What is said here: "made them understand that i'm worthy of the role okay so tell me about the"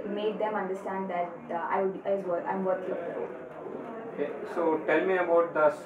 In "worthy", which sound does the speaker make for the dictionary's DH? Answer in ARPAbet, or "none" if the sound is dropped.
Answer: none